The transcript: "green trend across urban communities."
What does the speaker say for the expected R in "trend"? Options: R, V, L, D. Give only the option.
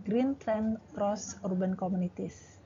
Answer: L